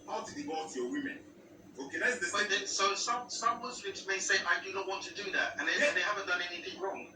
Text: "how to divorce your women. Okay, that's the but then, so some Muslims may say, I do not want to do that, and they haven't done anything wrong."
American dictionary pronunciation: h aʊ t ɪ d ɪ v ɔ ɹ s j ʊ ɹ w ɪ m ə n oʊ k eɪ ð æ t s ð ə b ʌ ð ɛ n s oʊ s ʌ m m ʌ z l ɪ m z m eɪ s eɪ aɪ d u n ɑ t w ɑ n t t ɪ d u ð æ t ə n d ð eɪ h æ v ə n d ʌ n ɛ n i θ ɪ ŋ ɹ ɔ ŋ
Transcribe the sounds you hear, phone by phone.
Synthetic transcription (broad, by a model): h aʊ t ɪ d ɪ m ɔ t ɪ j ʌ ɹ w ɪ m ə n oʊ k eɪ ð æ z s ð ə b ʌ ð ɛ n s oʊ s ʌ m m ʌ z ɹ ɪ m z m eɪ s eɪ aɪ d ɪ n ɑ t w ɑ n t t ɪ d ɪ ð æ t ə n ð ð eɪ h æ v ə n d ʌ n ɛ n i θ ɪ ŋ ɹ ɔ ŋ